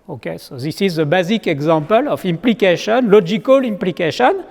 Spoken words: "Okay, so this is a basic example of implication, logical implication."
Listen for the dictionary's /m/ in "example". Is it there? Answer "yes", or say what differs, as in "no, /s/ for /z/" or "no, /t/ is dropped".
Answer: no, /m/ is dropped